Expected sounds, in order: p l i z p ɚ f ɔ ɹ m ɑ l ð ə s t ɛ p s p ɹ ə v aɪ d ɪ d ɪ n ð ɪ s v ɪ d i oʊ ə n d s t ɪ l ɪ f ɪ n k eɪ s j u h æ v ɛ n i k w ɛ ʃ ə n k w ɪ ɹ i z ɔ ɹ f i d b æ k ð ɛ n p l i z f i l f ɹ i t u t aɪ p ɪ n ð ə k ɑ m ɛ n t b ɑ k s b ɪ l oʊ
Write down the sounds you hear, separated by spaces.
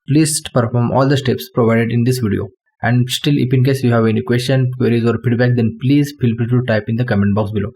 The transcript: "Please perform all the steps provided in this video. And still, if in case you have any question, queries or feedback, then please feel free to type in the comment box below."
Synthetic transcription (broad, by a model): p l i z p ɚ f ɔ ɹ m ɑ l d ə s t ɛ p s p ɹ ə v aɪ d ɪ d ɪ n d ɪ s v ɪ d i oʊ ə n d s t ɪ l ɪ p ɪ n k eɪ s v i h æ v ɛ n i k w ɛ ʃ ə n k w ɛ ɹ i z ɔ ɹ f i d b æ k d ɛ n p l i z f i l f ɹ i t u t aɪ p ɪ n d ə k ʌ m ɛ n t b ɑ k s b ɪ l oʊ